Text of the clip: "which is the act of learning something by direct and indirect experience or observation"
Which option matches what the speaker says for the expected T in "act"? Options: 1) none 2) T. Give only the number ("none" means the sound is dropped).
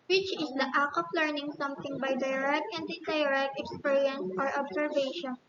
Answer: 1